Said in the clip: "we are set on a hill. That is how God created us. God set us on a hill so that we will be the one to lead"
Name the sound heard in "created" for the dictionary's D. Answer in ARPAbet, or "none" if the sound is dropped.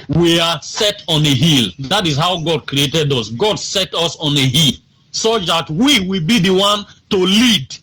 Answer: D